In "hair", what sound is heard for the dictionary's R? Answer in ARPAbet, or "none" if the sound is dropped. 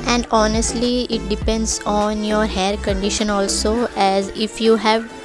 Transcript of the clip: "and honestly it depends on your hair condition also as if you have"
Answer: R